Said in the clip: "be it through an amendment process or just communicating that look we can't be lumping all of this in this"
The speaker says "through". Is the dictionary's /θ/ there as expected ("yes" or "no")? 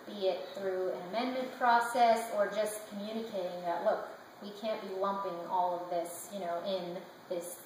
yes